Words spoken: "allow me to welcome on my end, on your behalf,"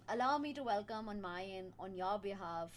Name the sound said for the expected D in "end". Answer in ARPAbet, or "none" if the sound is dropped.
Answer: none